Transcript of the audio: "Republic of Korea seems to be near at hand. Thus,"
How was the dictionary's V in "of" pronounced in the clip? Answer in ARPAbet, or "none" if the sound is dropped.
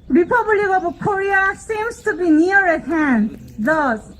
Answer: B